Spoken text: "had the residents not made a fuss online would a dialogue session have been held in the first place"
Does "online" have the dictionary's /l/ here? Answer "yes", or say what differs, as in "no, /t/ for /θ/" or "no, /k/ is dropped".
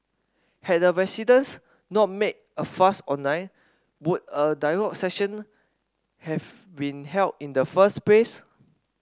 no, /l/ is dropped